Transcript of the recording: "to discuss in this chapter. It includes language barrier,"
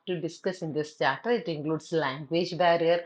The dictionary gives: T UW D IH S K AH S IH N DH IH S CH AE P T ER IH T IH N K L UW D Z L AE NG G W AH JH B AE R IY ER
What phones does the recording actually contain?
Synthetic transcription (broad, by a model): T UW D IH S K AH S IH N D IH S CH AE T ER IH T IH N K L UW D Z L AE NG G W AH JH B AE R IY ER